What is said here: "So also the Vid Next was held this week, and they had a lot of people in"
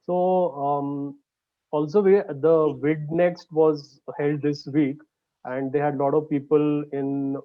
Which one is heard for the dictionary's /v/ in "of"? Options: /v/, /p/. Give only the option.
/v/